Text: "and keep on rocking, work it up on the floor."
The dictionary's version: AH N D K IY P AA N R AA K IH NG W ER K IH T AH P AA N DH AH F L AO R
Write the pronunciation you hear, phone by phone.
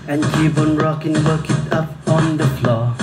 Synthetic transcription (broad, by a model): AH N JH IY B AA N R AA K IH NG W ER K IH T AH P AA N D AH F L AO